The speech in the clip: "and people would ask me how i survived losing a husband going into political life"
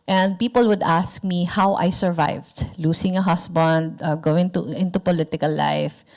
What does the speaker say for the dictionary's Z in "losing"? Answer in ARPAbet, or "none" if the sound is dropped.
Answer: S